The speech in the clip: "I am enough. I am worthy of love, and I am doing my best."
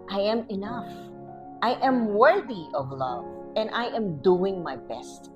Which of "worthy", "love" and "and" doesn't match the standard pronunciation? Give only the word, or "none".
none